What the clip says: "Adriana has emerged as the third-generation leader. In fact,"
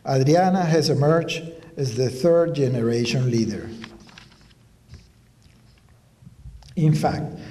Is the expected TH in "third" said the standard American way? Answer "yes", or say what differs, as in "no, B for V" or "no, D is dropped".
yes